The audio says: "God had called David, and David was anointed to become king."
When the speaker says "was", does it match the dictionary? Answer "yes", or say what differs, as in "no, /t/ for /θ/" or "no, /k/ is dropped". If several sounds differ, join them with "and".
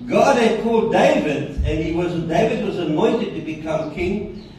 yes